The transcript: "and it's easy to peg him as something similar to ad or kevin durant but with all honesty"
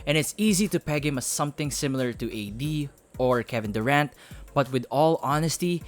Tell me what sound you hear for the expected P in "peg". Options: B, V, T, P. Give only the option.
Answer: P